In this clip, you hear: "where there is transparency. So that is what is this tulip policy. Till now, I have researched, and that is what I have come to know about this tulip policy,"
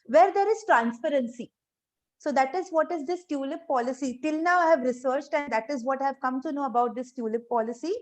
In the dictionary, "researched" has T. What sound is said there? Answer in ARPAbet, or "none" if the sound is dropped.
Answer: T